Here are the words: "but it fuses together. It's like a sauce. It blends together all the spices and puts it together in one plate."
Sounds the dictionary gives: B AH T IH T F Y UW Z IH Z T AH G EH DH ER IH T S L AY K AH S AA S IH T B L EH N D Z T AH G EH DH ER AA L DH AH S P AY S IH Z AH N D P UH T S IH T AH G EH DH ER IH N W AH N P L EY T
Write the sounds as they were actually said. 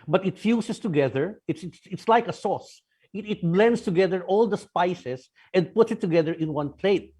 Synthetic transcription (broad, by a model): B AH T IH T F Y UW S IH S T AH G EH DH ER IH T S L AY K AH S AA S IH T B L EH N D S T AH G EH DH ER AA L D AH S P AY S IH S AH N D P UH T S IH T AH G EH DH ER IH N W AH N P L EY T